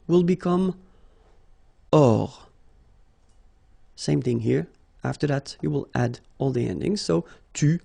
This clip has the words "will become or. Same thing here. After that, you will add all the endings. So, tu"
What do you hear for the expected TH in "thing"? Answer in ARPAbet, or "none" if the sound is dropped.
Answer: TH